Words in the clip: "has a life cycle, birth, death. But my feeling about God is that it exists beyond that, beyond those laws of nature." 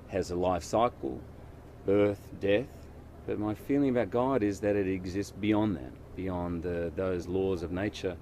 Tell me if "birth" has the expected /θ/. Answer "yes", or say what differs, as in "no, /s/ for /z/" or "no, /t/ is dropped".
yes